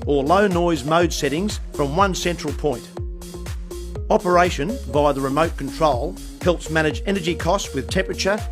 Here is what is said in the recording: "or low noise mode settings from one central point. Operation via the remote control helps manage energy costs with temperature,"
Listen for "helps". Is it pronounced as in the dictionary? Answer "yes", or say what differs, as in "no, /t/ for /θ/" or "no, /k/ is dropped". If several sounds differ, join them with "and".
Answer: yes